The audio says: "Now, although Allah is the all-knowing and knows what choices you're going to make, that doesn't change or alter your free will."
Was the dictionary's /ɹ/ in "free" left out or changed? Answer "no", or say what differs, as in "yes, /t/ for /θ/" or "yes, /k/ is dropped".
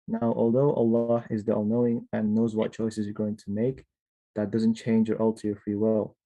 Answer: no